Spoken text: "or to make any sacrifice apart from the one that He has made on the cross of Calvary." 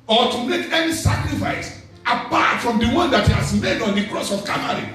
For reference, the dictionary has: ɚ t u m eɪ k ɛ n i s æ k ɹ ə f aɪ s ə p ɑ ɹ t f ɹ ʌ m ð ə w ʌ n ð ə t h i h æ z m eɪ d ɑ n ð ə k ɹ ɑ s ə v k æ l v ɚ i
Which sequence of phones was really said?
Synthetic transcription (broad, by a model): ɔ t u m eɪ k ɛ n i s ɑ k ɹ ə f aɪ s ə p ɑ t f ɹ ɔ m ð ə w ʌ n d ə t h i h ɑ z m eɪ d ɑ n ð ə k ɹ ɑ s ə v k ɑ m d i